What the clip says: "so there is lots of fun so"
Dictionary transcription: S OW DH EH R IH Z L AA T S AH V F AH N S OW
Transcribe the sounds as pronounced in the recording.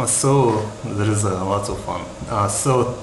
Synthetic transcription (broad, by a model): S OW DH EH R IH Z L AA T AH V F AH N S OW